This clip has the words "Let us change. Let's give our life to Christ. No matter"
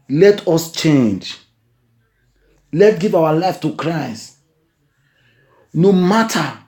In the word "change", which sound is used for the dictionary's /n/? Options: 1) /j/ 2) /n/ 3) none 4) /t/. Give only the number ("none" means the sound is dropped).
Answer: 2